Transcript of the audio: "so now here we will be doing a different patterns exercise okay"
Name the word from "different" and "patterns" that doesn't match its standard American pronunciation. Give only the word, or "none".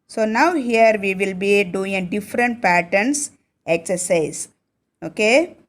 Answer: patterns